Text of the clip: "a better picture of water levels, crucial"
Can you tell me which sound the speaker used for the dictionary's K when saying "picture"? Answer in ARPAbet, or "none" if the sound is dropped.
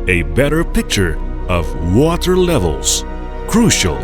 K